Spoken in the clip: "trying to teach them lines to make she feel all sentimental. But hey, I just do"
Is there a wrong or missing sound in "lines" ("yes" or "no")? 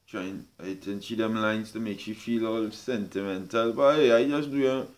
yes